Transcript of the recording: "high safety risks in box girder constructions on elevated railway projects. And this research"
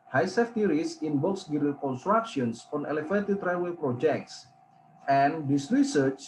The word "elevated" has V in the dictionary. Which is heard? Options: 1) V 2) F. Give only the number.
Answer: 2